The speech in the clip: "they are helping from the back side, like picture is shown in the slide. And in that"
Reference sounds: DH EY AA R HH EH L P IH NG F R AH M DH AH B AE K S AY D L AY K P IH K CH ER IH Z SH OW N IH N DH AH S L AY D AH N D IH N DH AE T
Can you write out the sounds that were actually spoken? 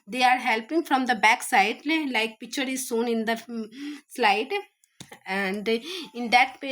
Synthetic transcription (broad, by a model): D EY AA R HH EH L P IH NG F R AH M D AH B AE K S AY D L AY K P IH K CH ER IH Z S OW N IH N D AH S L AY D AH N D IH N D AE T